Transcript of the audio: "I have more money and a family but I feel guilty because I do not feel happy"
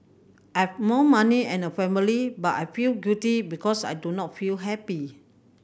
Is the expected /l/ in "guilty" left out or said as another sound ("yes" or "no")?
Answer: yes